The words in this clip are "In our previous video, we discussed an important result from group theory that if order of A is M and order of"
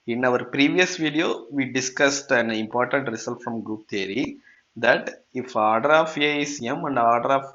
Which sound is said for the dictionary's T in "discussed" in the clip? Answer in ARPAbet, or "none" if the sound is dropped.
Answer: T